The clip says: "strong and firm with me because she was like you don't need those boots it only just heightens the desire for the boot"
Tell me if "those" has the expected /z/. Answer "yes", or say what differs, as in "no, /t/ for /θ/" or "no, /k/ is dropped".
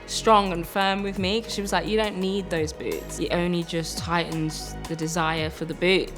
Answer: yes